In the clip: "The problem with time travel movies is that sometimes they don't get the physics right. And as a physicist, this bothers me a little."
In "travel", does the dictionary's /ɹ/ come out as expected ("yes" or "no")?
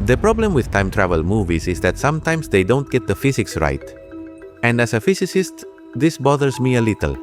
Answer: yes